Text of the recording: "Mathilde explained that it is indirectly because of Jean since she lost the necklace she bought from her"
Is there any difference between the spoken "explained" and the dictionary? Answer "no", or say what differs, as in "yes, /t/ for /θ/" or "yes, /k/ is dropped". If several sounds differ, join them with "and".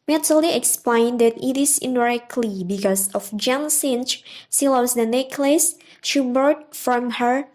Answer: no